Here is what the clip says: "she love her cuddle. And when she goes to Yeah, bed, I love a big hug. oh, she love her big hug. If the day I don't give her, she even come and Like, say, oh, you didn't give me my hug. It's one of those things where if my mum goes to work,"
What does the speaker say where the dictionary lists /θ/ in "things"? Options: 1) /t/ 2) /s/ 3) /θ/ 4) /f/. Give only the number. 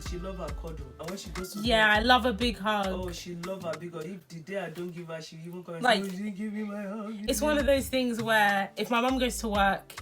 3